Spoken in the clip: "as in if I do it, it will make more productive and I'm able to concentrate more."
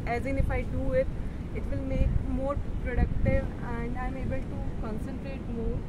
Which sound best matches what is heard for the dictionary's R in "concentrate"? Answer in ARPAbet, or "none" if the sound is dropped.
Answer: R